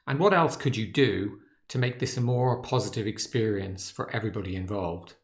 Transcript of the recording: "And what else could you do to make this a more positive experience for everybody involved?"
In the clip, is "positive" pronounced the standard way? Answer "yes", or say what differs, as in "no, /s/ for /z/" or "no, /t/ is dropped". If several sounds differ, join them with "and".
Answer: yes